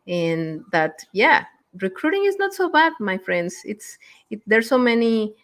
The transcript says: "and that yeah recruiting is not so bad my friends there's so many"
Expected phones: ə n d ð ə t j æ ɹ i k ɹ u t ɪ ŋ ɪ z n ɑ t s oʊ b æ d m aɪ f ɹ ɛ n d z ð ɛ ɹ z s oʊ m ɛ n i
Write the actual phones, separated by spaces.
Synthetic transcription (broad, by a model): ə n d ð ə t j æ ɹ i k ɹ u t ɪ ŋ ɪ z n ɑ t s oʊ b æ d m aɪ f ɹ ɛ n d s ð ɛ ɹ s oʊ m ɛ n i